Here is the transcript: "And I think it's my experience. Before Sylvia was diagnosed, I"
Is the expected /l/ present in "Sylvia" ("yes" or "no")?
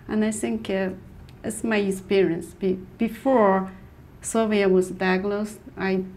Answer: no